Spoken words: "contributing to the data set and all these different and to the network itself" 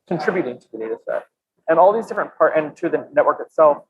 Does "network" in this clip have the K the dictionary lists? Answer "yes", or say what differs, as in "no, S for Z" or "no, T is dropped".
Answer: yes